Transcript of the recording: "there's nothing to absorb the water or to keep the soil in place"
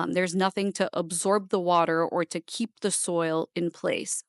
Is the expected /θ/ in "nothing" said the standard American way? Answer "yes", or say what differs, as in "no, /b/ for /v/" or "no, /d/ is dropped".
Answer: yes